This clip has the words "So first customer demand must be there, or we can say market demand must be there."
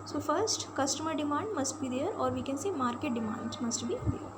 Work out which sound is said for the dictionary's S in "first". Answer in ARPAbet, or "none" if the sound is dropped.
S